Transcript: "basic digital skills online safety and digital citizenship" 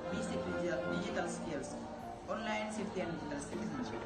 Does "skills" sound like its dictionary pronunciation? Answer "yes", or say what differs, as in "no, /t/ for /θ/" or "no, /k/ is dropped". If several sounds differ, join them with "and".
no, /s/ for /z/